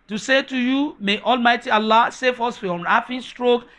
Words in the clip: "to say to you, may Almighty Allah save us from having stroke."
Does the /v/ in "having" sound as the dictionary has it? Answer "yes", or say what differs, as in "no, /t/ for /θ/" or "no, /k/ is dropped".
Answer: no, /f/ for /v/